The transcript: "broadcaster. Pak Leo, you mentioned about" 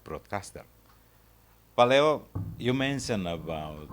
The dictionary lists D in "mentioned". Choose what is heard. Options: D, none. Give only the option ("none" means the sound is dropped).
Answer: none